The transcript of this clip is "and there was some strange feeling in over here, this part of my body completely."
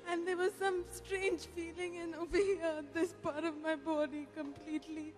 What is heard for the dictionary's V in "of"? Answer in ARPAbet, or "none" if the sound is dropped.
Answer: V